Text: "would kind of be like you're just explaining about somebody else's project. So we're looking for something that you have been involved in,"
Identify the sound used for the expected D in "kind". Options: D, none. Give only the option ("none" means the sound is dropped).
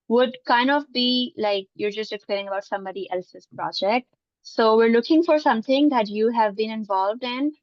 D